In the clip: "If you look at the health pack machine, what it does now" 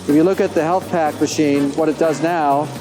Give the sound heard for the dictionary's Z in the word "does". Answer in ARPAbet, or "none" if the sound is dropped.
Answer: Z